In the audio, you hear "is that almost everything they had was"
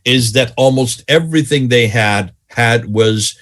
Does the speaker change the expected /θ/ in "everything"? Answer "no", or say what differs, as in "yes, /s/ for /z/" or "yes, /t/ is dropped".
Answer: no